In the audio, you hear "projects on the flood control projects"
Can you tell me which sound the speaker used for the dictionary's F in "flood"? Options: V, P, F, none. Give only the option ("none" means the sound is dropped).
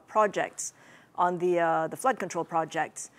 F